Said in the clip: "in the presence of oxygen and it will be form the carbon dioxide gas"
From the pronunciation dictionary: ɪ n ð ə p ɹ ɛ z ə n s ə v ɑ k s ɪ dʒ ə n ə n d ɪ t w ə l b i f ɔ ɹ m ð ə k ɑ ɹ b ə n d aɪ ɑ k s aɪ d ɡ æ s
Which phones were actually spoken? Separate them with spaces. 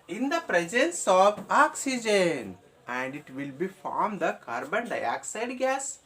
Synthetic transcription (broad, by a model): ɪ n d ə p ɹ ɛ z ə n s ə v ɑ k s ɪ dʒ ə n ə n d ɪ t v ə l b i f ɔ ɹ m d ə k ɑ ɹ b ə n d aɪ ɑ k s aɪ d ɡ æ s